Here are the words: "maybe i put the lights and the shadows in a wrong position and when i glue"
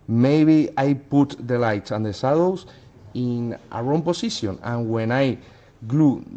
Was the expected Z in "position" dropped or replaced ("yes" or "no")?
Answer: yes